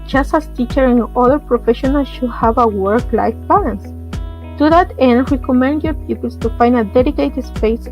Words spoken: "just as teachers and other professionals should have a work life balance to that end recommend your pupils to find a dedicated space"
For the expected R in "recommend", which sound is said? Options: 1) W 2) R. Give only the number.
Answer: 1